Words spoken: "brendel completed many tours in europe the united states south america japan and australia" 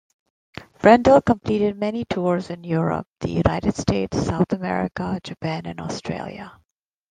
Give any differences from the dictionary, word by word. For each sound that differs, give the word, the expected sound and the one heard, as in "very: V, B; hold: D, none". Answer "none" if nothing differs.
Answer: none